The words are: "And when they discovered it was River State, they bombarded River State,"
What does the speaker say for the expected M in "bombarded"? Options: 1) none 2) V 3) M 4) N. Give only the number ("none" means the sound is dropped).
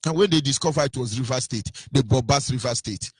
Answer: 1